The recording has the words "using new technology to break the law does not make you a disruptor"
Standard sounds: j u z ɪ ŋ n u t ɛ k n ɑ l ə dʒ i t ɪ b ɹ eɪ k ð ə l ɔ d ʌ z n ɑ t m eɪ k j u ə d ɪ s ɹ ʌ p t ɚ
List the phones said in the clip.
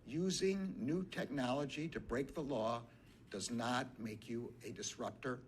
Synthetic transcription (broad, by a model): j u z ɪ ŋ n u t ɛ k n ɑ l ə dʒ i t ɪ b ɹ eɪ k ð ə l ɔ d ʌ z n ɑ t m eɪ k j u ə d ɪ s ɹ ʌ p t ɚ